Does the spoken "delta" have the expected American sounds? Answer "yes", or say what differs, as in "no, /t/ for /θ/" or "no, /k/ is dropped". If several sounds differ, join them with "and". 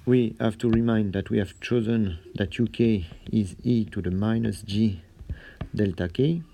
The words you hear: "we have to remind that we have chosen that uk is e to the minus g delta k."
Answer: yes